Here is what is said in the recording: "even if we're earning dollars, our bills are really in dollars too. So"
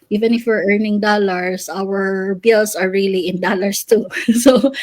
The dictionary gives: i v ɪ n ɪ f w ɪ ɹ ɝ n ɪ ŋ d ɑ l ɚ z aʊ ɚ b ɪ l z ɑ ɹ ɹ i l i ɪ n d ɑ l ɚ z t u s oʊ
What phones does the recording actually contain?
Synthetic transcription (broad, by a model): i v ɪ n ɪ f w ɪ ɹ ɝ n ɪ ŋ d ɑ l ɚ s aʊ ɚ b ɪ l s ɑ ɹ ɹ i l i ɪ n d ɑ l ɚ s t u s oʊ